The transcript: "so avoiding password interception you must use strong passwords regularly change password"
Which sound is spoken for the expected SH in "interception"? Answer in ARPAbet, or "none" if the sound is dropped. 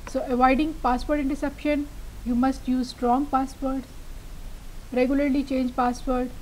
SH